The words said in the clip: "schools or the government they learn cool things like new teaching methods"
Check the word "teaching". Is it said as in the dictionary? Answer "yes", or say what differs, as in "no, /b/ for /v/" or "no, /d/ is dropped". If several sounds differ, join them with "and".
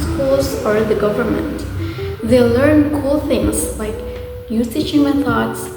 no, /s/ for /t/